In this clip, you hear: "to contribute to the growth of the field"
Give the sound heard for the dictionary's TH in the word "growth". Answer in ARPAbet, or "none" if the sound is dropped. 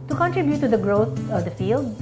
T